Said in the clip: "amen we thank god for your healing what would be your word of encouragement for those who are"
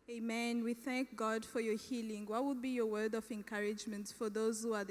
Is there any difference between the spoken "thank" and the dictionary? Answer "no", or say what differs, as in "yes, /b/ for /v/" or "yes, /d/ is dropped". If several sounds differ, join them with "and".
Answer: no